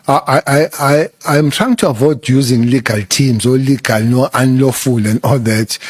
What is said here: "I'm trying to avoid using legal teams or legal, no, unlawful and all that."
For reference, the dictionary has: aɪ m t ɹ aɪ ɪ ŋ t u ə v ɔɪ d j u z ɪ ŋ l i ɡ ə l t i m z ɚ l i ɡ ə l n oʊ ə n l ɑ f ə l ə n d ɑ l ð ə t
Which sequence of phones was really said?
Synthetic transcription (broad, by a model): aɪ m t ɹ aɪ ɪ ŋ t u ə v ɔɪ d j u z ɪ ŋ l i ɡ ə l t i m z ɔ l i ɡ ə l n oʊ ə n l ɑ f ə l ə n d ɑ l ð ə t